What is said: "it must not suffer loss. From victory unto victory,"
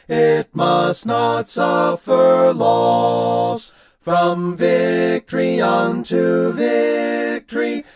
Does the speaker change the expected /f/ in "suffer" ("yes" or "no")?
no